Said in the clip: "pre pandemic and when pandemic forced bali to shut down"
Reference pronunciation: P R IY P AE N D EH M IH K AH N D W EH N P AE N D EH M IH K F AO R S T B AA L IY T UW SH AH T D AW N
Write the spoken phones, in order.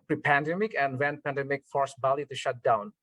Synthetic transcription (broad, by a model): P R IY P AE N D EH M IH K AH N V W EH N P AE N D EH M IH K F AO R S B AA L IY T UW SH AH T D AW N